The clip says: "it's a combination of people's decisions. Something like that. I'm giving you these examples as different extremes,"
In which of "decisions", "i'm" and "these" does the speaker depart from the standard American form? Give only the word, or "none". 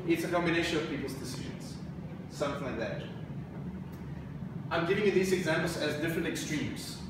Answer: none